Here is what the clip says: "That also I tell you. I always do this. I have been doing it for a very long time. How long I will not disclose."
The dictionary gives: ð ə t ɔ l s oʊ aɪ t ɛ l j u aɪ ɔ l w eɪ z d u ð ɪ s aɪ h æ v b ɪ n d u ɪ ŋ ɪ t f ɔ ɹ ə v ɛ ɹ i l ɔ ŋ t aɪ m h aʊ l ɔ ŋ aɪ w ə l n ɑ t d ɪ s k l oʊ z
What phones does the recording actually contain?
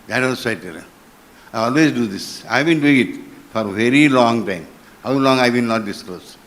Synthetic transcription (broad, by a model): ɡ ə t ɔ n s aɪ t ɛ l aɪ ɔ l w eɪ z d u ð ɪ s aɪ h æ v b ɪ n d u ɪ ŋ ɪ t f ɔ ɹ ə v ɛ ɹ i l ɔ ŋ t aɪ m h aʊ l ɔ ŋ aɪ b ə n ɑ t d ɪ s k l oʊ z